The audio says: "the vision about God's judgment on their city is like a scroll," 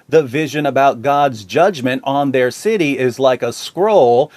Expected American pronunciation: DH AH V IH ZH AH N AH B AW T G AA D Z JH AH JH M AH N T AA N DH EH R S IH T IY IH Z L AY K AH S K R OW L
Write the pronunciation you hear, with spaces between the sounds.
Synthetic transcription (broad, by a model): DH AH V IH ZH AH N AH B AW T G AA D Z JH AH JH M AH N T N DH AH R S IH T IY IH Z L AY K AH S K R OW L